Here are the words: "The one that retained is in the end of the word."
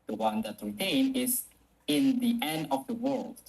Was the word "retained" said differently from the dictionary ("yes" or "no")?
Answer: yes